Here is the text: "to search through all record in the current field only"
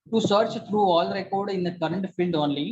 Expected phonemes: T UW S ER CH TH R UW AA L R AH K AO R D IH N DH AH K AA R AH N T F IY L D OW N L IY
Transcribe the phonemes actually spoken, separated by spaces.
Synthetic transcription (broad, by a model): T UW S ER CH T R UW AA L R AH K AO R D IH N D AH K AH R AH N T F IY L D OW N L IY